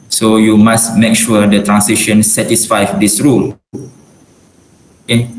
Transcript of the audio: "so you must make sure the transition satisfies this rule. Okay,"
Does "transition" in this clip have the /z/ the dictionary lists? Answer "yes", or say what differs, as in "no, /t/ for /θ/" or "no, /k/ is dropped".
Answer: no, /s/ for /z/